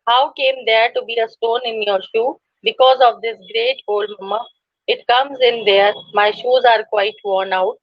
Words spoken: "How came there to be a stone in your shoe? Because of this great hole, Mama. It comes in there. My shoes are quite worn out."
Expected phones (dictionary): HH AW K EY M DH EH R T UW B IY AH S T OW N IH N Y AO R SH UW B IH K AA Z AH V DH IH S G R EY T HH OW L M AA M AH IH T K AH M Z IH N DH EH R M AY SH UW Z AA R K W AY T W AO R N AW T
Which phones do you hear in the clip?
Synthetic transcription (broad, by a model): HH AW K EY M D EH R T UW B IY AH S T OW N IH N Y AO R SH UW B IH K AA Z AH V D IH S G R EY T OW L M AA M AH IH T K AH M Z IH N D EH R M AY SH UW Z AA R K W AY T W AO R N AW T